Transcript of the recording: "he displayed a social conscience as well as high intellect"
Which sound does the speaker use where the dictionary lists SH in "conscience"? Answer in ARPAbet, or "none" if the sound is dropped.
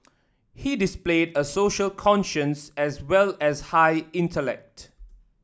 SH